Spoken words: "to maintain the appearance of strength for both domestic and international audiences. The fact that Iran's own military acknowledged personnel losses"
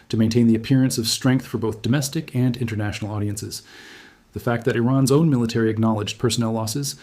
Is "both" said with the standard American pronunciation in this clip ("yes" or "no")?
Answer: yes